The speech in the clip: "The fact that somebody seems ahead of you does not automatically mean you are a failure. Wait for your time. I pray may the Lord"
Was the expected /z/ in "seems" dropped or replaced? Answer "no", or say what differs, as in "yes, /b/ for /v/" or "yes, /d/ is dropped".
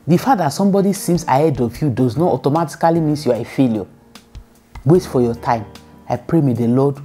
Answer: yes, /s/ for /z/